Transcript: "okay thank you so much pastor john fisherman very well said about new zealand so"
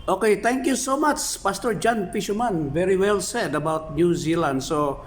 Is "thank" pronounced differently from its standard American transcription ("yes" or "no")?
yes